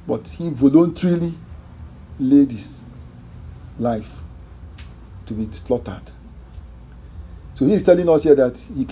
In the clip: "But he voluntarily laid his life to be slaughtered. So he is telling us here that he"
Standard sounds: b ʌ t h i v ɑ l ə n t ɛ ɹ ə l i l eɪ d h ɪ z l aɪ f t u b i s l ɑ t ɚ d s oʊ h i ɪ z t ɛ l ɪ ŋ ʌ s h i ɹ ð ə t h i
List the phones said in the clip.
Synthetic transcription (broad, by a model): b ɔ t h i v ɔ l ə n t ɹ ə l i l eɪ d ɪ s l aɪ f t u b i s l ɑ t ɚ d s oʊ h i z t ɛ l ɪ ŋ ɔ s h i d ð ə t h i